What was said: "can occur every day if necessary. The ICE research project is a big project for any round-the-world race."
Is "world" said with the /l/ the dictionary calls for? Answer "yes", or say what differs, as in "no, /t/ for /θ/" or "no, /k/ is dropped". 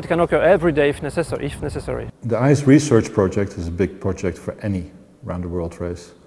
yes